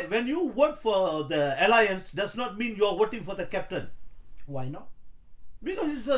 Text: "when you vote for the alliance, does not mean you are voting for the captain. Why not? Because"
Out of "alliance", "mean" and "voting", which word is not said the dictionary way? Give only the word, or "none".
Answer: voting